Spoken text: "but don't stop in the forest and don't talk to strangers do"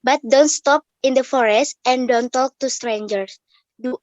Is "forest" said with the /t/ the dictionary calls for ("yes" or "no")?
yes